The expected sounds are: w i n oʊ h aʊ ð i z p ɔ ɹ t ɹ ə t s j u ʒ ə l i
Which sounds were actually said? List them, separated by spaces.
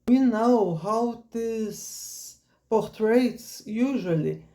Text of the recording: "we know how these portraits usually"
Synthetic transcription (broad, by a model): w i n oʊ h aʊ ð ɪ s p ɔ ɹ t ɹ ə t s j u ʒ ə l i